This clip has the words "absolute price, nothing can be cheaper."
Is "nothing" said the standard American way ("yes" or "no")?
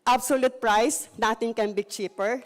no